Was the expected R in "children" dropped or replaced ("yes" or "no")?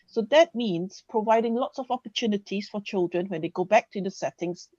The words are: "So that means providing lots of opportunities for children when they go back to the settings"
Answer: no